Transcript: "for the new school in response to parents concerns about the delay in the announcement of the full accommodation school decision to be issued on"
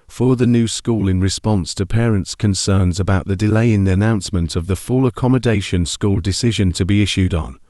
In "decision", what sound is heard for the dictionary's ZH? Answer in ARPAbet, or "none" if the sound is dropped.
ZH